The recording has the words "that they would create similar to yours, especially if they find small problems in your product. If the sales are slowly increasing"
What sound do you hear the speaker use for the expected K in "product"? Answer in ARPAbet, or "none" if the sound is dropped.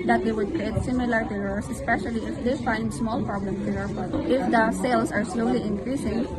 none